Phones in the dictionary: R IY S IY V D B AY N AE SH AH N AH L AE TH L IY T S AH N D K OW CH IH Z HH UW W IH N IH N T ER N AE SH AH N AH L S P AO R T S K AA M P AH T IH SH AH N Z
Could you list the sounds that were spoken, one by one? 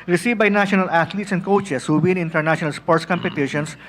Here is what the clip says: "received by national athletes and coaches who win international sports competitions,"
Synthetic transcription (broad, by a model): R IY S IY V B AY N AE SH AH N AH L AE T L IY T S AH N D K OW CH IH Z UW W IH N IH N T ER N AE SH AH N AH L S P AO R T S K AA M P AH T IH SH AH N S